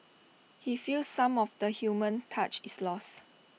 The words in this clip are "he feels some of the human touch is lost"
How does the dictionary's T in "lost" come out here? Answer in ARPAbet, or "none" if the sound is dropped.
none